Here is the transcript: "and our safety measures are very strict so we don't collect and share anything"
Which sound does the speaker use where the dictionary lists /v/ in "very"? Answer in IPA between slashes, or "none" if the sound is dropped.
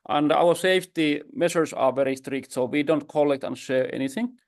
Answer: /v/